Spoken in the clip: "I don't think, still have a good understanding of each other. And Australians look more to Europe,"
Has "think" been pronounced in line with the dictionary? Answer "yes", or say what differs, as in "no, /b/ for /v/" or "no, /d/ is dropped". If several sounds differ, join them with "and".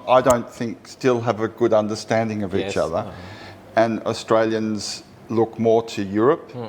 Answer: yes